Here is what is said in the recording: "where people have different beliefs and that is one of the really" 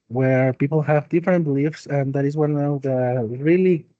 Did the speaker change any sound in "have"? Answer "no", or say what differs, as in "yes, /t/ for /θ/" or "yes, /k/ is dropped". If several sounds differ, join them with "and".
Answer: no